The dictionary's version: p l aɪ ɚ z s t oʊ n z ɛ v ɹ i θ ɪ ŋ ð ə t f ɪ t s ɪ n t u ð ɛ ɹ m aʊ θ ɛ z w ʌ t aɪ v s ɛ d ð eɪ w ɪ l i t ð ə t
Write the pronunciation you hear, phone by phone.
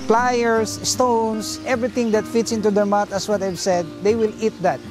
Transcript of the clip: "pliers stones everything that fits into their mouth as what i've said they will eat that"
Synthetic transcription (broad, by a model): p l aɪ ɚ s s t oʊ n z ɛ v ɹ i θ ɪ ŋ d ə t f ɪ t s ɪ n t u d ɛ ɹ m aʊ t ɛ s w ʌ t aɪ v s ɛ d eɪ w ɪ l i t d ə t